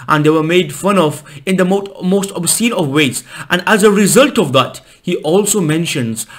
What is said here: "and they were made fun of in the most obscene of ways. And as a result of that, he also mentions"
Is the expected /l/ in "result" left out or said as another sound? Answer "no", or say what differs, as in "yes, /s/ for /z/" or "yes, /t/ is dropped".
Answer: no